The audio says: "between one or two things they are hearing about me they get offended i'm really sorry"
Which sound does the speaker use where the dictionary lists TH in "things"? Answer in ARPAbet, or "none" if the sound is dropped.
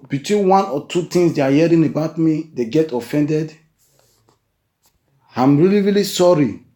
T